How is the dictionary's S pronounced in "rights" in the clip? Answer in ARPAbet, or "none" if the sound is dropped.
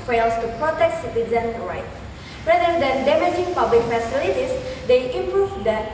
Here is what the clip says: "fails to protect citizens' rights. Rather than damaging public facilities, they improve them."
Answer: none